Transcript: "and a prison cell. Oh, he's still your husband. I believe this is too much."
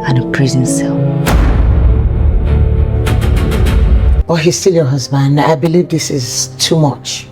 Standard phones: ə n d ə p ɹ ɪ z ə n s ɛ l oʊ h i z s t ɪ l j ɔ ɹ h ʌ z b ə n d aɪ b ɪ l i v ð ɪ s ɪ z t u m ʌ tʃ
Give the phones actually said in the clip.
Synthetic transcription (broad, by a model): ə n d ə p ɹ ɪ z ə n s ɛ l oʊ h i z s t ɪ l j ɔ h ʌ z b ə n d aɪ b ɪ l i v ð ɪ s ɪ z t u m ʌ tʃ